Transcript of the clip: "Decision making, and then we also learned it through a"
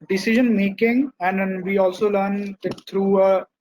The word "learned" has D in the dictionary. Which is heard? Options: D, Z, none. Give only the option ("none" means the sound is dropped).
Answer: none